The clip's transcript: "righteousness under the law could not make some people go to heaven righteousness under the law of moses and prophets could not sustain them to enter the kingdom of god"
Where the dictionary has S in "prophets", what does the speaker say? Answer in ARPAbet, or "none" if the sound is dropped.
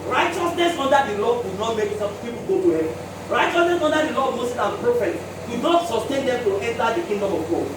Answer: none